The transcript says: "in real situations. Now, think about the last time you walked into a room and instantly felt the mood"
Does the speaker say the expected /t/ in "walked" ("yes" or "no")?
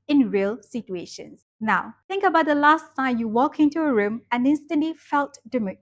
no